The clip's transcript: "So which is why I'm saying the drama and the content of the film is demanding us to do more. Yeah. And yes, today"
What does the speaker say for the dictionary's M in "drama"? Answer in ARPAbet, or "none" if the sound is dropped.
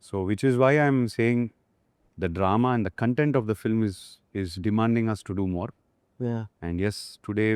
M